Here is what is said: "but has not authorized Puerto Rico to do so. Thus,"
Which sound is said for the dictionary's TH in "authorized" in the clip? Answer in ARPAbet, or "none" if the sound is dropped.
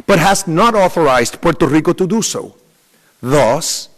TH